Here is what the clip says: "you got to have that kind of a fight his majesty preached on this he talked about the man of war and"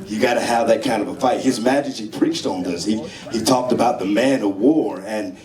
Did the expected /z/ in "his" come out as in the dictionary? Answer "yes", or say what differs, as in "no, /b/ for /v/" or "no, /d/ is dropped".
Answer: yes